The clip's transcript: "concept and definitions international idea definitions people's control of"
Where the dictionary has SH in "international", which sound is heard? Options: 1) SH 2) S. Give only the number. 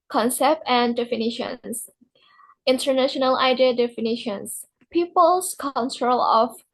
1